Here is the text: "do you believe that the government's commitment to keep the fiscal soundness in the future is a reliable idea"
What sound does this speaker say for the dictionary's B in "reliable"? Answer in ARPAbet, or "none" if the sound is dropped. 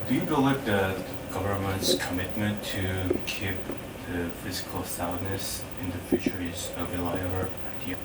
none